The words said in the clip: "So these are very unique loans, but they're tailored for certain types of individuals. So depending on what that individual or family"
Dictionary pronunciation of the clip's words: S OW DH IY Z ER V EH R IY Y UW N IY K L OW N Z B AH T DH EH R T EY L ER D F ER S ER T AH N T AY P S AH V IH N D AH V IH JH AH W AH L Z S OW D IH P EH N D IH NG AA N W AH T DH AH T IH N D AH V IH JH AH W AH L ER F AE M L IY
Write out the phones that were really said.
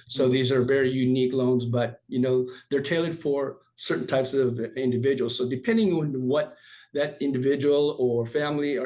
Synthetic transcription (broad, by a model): S OW DH IY Z ER V EH R IY Y UW N IY K L OW N Z B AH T DH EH R T EY L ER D F ER S ER T N T AY P S AH V IH N D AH V IH JH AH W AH L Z S OW D IH P EH N D IH NG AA N W AH T DH AH T IH N D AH V IH JH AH W L ER F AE M L IY